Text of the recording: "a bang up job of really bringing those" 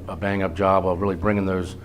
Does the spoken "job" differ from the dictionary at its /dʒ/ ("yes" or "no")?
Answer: yes